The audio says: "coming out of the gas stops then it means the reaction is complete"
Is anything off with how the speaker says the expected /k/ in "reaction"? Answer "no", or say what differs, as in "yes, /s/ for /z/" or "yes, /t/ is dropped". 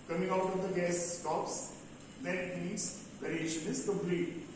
yes, /k/ is dropped